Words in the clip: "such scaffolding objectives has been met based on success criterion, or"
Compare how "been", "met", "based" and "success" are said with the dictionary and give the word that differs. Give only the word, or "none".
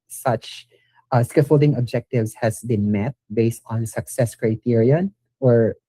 none